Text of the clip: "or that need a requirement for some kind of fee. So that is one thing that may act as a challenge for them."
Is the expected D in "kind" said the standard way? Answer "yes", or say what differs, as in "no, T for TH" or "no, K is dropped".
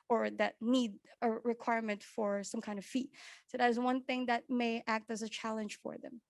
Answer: yes